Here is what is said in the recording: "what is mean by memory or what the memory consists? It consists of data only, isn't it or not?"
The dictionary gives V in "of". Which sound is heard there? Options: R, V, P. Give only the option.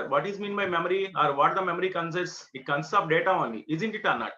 P